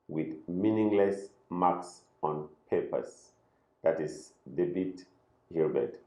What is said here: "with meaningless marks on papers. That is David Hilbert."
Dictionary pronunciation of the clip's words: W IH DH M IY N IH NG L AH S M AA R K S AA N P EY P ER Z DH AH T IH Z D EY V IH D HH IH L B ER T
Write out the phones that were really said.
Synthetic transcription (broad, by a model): W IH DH M IY N IH NG L AH S M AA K S AA N P EY P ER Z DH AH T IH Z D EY B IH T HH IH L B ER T